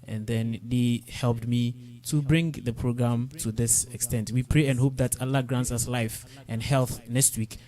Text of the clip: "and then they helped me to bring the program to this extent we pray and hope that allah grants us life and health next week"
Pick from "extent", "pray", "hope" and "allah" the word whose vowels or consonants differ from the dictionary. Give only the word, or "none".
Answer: none